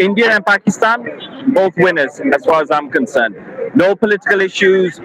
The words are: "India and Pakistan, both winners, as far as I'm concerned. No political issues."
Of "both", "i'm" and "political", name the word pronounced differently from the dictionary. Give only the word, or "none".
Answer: none